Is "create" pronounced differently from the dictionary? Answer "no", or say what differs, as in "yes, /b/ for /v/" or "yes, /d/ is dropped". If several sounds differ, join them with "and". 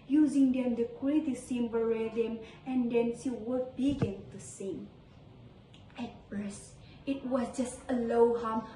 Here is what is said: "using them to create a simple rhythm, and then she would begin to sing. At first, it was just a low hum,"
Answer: yes, /w/ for /ɹ/